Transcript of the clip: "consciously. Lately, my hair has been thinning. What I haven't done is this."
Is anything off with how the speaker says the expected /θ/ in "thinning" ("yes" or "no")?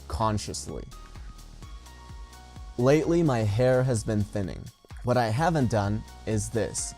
no